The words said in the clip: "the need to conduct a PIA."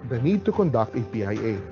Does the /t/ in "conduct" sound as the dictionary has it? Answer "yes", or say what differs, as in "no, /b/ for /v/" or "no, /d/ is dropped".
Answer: yes